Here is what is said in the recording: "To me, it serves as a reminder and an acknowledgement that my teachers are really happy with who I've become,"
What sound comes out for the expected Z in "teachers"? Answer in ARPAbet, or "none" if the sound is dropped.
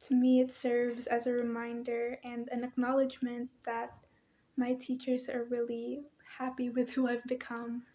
Z